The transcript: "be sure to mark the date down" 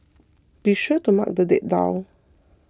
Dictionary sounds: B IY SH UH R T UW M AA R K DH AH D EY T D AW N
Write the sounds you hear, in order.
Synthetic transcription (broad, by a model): B IY SH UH T UW M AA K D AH D EY T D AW